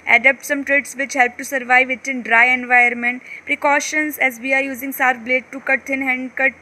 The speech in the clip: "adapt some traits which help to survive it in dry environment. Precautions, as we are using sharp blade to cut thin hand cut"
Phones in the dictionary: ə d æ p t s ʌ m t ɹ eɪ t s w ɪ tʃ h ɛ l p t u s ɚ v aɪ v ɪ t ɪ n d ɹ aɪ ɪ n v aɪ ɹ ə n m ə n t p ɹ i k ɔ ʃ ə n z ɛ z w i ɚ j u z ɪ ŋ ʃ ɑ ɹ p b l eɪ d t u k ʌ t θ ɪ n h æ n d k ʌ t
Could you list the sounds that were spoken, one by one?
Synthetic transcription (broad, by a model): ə d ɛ p t s ʌ m t ɹ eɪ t s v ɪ tʃ h ɛ l p t u s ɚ v aɪ v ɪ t ɪ n d ɹ aɪ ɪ n v aɪ ə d m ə n t p ɹ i k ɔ ʃ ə n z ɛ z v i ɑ j u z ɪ ŋ s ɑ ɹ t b l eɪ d t u k ʌ t t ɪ n h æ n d k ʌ t